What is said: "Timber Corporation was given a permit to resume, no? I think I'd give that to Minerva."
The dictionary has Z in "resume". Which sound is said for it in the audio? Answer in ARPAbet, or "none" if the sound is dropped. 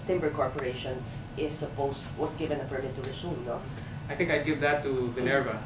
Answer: S